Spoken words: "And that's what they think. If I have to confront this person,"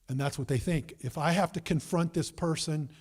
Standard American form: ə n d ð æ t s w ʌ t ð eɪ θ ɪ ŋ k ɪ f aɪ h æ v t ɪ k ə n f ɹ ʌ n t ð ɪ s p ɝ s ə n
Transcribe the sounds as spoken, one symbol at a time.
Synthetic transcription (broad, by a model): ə n ð æ t s w ʌ t ð eɪ θ ɪ ŋ k ɪ f aɪ h æ f t ɪ k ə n f ɹ ʌ n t ð ɪ s p ɝ s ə n